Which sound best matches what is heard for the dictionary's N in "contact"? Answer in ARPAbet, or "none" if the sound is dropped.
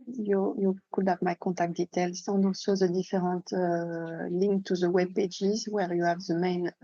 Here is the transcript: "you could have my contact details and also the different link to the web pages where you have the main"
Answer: none